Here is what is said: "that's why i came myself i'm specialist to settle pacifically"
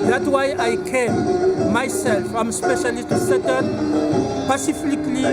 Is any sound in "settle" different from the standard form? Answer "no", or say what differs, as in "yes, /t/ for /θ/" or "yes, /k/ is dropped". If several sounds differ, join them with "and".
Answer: yes, /n/ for /l/